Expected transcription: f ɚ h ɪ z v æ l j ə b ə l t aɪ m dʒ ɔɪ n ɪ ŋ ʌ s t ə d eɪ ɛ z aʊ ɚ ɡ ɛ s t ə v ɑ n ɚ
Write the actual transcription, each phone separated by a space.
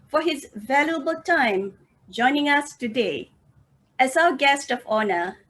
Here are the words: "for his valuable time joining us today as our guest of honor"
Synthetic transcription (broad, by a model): f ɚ h ɪ z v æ l j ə b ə l t aɪ m dʒ ɔɪ n ɪ ŋ ʌ s t ə d eɪ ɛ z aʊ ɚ ɡ ɛ s t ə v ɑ n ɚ